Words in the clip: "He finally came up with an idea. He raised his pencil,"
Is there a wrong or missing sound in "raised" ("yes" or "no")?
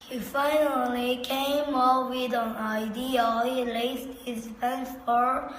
yes